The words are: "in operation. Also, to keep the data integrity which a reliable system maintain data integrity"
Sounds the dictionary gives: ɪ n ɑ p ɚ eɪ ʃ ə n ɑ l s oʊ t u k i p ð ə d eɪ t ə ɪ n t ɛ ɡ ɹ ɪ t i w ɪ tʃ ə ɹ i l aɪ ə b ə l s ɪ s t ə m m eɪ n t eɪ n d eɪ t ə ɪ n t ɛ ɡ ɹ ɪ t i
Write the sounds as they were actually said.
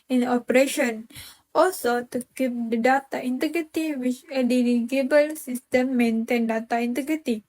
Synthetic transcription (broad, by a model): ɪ n ɑ p ɚ eɪ ʃ ə n ɑ l s oʊ t u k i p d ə d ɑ t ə ɪ n t ɛ ɡ ɹ ɪ t i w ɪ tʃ ə l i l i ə b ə l s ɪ s t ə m m eɪ n t eɪ n d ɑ t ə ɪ n t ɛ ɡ ɹ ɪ t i